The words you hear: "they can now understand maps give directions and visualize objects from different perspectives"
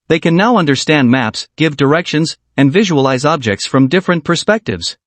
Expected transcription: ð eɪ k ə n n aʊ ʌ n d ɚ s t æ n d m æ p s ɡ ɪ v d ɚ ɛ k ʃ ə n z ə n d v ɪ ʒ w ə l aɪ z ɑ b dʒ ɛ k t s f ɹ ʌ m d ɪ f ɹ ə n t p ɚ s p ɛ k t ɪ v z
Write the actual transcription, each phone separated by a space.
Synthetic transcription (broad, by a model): ð eɪ k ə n n aʊ ʌ n d ɚ s t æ n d m æ p s ɡ ɪ v d ɚ ɛ k ʃ ə n z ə n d v ɪ ʒ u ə l aɪ z ɑ b dʒ ɛ k t s f ɹ ʌ m d ɪ f ɹ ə n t p ɚ s p ɛ k t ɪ v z